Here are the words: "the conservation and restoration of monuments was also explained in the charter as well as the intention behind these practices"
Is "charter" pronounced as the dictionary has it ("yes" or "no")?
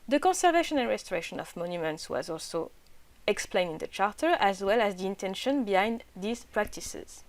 yes